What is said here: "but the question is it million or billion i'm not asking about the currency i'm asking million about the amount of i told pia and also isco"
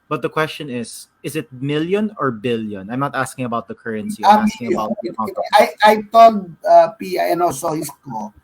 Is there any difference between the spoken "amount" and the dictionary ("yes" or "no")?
yes